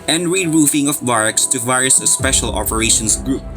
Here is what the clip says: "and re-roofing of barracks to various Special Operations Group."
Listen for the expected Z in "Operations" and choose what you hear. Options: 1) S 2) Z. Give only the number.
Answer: 1